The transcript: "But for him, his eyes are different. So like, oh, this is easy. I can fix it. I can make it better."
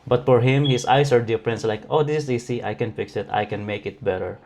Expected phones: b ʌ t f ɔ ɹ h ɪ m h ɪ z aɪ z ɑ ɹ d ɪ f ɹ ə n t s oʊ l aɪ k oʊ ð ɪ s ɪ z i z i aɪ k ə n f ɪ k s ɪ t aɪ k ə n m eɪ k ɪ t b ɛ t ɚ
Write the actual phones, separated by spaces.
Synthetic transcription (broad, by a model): b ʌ t f ɔ ɹ h ɪ m h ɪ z aɪ s ɑ ɹ d ɪ f ɹ ə n t s l aɪ k oʊ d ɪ s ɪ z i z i aɪ k ə n f ɪ k s ɪ t aɪ k ə n m eɪ k ɪ t b ɛ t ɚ